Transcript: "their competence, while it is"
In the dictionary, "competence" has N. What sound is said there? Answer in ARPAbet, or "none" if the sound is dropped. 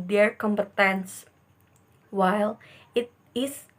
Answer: N